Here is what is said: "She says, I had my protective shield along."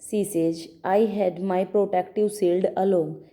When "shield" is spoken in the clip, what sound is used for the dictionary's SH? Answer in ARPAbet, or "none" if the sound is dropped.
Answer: S